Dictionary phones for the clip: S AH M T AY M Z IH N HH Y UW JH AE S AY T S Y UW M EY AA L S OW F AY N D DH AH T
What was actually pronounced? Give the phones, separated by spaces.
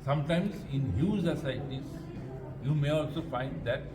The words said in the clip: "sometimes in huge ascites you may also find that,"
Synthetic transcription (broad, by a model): S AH M T AY M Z IH N HH Y UW Z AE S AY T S Y UW M EY AA L S OW F AY N D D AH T